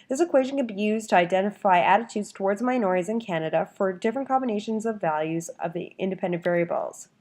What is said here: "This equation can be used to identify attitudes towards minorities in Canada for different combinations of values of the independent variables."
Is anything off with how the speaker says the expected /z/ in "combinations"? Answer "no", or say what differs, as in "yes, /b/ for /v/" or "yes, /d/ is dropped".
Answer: no